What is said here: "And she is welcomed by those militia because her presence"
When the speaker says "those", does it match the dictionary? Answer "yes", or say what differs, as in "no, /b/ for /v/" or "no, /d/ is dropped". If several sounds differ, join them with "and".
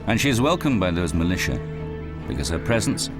yes